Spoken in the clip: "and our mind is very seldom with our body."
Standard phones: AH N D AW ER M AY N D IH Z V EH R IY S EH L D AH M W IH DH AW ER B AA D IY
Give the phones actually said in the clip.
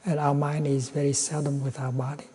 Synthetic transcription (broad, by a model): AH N AW ER M AY N D IH Z V EH R IY S EH L D AH M W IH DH AW ER B AA D IY